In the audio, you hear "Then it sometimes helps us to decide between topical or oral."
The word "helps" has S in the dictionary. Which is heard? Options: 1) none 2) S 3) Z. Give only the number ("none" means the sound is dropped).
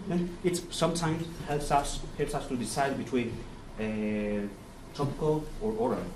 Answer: 2